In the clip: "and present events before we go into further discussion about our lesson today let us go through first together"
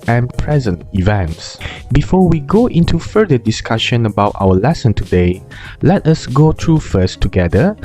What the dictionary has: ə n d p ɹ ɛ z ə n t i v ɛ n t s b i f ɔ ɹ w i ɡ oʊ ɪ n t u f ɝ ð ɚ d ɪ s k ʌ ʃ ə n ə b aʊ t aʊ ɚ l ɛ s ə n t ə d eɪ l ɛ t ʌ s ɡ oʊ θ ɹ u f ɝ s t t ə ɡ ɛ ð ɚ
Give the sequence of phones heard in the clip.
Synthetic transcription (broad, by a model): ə n p ɹ ɛ z ə n t i v ɛ n t s b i f ɔ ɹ w i ɡ oʊ ɪ n t u f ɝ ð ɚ d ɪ s k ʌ ʃ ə n ə b aʊ t aʊ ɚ l ɛ s ə n t ə d eɪ l ɛ t ʌ s ɡ oʊ t ɹ u f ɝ s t t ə ɡ ɛ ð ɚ